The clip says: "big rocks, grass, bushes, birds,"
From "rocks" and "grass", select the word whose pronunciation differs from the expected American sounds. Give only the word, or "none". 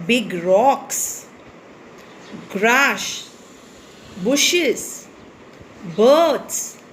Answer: grass